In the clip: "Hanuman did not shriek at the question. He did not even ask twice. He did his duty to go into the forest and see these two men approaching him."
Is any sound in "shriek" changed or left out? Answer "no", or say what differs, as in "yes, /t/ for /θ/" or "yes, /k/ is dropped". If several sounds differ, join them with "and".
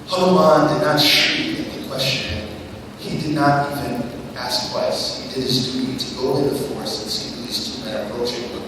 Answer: yes, /k/ is dropped